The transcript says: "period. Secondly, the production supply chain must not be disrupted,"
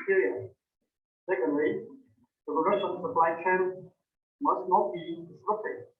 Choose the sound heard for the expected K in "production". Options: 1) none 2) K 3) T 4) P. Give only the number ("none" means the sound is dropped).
1